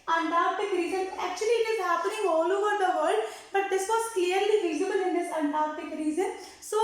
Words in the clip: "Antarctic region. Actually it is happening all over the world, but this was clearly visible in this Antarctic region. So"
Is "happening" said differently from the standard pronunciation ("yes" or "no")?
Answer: yes